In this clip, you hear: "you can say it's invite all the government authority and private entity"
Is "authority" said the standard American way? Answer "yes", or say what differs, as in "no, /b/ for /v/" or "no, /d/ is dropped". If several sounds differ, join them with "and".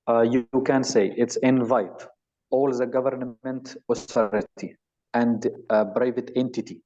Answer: no, /t/ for /θ/